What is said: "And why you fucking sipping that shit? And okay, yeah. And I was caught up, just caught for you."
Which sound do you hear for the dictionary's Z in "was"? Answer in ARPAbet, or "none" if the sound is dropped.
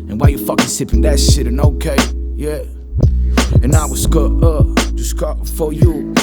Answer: S